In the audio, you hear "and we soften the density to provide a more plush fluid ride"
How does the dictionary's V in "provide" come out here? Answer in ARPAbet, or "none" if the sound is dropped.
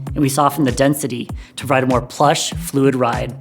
none